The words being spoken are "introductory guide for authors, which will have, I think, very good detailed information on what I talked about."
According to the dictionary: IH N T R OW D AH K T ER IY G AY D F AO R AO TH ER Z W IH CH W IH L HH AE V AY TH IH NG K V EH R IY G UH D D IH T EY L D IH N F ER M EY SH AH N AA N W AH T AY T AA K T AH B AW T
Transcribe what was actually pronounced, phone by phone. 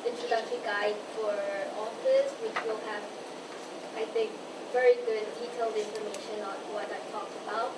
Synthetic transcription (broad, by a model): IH N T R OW D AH K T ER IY G AY D F AO R AO F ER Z W IH CH W IH L HH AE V AY TH IH NG K V EH R IY G UH D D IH T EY L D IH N F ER M EY SH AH N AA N W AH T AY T AA K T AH B AW T